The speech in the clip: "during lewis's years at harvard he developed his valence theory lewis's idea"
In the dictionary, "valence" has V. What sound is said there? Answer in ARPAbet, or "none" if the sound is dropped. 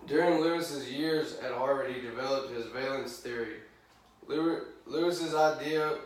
V